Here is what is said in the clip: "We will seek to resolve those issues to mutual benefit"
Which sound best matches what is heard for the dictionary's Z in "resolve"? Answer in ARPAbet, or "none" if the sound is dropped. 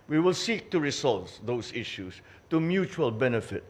S